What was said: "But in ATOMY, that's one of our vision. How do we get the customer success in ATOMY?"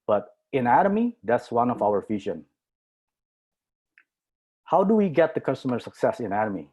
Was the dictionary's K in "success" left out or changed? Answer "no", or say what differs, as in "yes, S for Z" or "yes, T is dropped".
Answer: no